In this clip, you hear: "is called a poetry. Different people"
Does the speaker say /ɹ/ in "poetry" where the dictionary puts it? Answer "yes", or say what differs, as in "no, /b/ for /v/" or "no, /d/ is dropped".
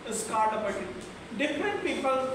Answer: no, /ɹ/ is dropped